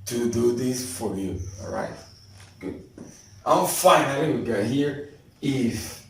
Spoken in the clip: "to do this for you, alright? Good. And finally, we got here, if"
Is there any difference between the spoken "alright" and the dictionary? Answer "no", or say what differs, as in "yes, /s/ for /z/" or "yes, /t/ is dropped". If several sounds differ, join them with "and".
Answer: yes, /l/ is dropped